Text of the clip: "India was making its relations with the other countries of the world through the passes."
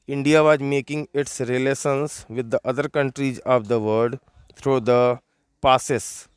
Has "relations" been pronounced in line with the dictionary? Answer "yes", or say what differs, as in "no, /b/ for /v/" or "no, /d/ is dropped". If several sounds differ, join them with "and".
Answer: no, /s/ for /ʃ/